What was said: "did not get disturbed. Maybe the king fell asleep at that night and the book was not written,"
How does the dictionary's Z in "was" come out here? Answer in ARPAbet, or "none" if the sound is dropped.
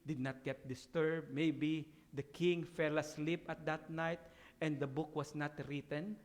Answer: S